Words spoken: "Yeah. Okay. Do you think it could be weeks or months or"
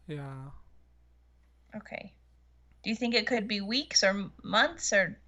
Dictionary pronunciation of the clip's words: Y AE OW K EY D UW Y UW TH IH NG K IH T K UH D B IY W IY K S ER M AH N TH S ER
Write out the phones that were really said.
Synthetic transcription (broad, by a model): Y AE OW K EY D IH Y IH TH IH NG K IH T K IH D B IY W IY K S ER M AH N TH S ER